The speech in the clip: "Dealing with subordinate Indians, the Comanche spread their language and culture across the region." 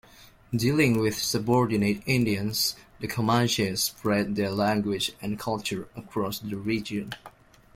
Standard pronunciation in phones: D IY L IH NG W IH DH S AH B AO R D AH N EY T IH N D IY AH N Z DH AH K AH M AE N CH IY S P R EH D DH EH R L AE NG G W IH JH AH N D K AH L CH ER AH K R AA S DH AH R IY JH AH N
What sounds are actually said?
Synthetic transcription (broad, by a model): D IY L IH NG W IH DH S AH B AO R D AH N EY T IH N D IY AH N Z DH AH K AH M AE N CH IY S P R EH D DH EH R L AE NG G W IH JH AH N K AH L CH ER AH K R AA S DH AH R IY JH AH N